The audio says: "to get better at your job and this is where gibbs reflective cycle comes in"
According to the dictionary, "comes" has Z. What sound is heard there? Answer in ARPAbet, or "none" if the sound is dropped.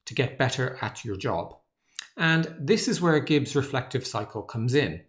Z